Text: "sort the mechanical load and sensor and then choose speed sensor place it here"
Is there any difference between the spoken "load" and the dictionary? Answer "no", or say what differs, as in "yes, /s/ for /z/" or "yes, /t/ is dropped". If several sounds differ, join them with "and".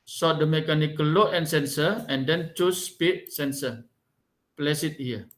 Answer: yes, /d/ is dropped